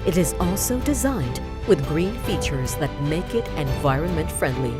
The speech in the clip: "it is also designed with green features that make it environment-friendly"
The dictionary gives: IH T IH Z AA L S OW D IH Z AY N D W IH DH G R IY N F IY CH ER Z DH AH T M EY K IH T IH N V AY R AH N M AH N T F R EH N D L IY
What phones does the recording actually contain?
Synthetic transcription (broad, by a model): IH T IH Z AA L S OW D IH Z AY N D W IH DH G R IY N F IY CH ER Z DH AH T M EY K IH T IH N V AY R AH N M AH N T F R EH N D L IY